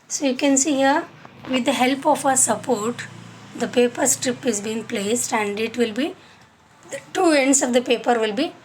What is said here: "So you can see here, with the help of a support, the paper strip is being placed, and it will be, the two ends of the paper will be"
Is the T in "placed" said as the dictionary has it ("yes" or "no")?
yes